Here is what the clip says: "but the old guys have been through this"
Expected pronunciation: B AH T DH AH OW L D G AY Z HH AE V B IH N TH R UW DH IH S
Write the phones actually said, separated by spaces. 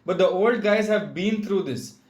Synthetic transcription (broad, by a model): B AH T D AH OW L D G AY Z HH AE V B IH N T R UW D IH S